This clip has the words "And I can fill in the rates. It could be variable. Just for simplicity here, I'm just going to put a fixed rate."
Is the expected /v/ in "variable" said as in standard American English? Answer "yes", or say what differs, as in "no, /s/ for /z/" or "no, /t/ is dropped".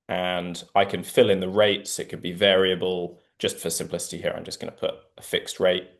yes